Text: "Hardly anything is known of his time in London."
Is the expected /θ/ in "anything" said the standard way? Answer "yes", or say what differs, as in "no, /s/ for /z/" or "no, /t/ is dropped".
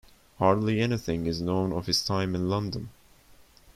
yes